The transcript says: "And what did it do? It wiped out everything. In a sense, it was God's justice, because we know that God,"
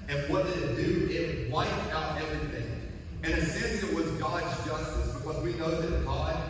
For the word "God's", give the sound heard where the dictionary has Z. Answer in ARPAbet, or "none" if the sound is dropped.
Z